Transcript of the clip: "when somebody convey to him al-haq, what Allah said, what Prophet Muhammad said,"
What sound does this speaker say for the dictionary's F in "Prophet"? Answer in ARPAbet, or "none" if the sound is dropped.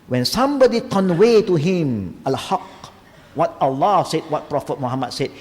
F